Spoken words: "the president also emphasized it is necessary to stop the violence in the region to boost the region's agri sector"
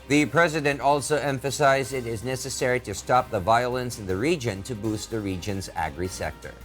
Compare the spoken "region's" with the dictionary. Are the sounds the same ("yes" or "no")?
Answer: yes